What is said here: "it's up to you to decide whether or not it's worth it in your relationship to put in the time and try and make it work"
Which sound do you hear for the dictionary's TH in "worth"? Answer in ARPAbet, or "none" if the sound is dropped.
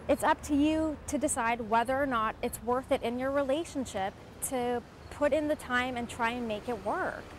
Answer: TH